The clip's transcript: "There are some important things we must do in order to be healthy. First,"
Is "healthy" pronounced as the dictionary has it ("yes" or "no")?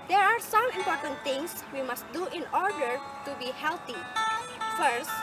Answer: no